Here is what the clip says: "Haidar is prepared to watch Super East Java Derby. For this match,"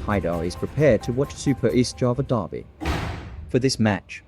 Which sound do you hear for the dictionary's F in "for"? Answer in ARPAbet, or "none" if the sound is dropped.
F